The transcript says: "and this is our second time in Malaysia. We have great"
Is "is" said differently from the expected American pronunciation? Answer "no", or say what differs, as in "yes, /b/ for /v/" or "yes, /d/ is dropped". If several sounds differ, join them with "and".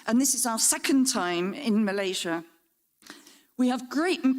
no